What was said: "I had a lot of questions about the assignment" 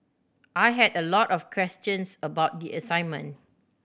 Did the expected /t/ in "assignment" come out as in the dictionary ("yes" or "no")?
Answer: no